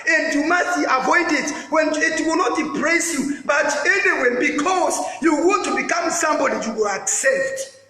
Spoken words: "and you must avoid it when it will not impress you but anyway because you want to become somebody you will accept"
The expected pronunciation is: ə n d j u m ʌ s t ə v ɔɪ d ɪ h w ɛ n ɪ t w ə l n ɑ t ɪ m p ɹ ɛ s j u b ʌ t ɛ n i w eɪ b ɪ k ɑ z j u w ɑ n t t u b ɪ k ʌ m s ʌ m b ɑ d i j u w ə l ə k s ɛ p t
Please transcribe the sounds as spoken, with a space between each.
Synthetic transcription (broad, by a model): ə n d j u m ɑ s t ə v ɔɪ d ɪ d w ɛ n ɪ t w ə l n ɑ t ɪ p ɹ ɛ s j u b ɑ t ɛ n i w eɪ b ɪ k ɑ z j u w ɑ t t u b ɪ k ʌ m s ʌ m b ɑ d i j u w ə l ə k s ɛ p t